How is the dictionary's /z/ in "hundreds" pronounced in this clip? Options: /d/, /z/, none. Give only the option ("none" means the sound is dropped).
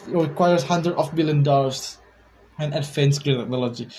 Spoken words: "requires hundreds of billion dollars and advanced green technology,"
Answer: none